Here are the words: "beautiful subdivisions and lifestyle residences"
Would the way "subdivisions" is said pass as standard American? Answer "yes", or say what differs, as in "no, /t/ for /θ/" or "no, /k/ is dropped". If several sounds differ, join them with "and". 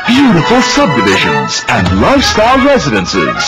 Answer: yes